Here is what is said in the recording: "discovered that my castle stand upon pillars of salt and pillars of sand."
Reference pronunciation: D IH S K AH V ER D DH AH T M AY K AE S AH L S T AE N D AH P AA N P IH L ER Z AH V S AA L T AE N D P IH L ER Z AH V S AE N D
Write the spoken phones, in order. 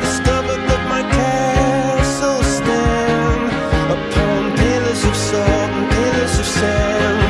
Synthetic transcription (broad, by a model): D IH S K AH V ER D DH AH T M AY K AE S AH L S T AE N AH P AA N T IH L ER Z AH V S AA N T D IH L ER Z AH V S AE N